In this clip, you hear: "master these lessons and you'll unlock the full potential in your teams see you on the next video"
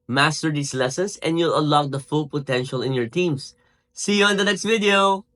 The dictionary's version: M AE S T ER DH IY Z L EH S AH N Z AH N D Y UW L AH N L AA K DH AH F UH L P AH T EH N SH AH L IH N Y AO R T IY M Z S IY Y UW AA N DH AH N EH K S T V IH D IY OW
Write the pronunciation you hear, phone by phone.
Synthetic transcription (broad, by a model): M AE S T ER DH IY S L EH S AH N S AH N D Y UW L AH L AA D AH F UH L P AH T EH N SH AH L IH N Y AO R T IY M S S IY Y UW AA N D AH N EH K S T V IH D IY OW